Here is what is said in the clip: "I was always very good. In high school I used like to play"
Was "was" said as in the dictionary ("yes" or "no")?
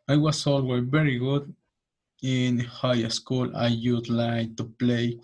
no